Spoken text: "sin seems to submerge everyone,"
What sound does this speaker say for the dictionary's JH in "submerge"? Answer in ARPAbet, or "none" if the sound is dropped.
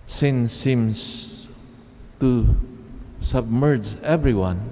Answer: JH